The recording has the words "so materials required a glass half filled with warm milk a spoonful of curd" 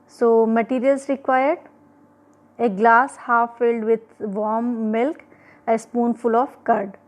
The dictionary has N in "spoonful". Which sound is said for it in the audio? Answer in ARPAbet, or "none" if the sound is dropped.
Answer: N